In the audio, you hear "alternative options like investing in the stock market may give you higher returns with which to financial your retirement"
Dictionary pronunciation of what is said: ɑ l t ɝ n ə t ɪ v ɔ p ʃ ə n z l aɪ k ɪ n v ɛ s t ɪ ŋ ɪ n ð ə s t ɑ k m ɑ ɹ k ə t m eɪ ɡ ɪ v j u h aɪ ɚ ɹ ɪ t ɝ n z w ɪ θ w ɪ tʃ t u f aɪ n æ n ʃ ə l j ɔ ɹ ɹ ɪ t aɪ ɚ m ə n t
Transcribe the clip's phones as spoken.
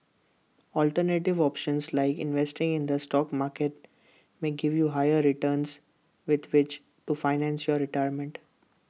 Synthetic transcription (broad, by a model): ɑ l t ɝ n ə t ɪ v ɔ p ʃ ə n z l aɪ k ɪ n v ɛ s t ɪ ŋ ɪ n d ə s t ɑ k m ɑ ɹ k ə t m eɪ ɡ ɪ v j u h aɪ ɚ ɹ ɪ t ɝ n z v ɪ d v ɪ tʃ t u f aɪ n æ n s j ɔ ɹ ɹ ɪ t aɪ ɚ m ə n t